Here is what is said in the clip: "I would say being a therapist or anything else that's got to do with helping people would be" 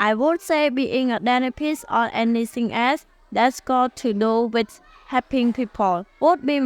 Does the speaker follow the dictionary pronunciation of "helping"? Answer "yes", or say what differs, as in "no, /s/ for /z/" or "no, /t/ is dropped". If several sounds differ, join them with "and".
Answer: no, /l/ is dropped